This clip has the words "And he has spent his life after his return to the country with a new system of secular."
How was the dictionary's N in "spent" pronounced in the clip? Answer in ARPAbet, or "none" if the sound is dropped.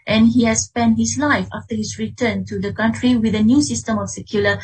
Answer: N